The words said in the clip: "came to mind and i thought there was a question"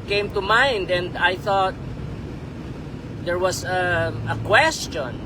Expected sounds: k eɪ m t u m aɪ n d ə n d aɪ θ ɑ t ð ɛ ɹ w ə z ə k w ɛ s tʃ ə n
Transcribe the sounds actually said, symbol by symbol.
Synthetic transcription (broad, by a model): k eɪ m t u m aɪ n d ə n d aɪ θ ɑ t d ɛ ɹ w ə s ə k w ɛ s tʃ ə n